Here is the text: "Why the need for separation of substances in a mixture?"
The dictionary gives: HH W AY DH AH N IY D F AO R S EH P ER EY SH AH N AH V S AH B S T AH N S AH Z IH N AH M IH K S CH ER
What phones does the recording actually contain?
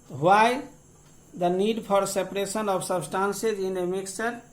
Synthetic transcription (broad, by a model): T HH AY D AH N IY D P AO R S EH P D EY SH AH N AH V S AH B S T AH N S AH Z IH N AH M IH K S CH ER